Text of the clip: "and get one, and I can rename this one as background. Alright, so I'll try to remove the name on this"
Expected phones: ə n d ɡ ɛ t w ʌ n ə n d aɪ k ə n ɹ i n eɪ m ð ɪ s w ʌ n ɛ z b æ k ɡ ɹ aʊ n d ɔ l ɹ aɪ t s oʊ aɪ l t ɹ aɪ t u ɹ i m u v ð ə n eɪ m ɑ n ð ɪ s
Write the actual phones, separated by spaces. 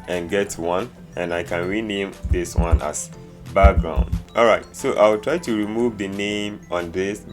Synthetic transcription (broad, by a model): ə n ɡ ɛ t w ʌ n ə n aɪ k ə n ɹ i n eɪ m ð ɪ s w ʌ n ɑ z b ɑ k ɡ ɹ aʊ n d ɔ l ɹ aɪ t s oʊ aɪ w t ɹ aɪ t u ɹ i m u v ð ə n eɪ m ɑ n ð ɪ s